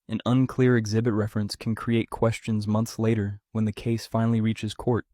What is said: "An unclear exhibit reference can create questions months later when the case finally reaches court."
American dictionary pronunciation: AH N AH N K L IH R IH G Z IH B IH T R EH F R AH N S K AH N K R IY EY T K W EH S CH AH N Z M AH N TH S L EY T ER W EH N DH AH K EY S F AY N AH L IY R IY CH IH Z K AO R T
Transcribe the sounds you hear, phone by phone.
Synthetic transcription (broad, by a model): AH N AH N K L IH R IH G Z IH B IH T R EH F R AH N S K N K R IY EY T K W EH S CH AH N Z M AH N TH S L EY T ER W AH N DH AH K EY S F AY N L IY R IY CH IH Z K AO R T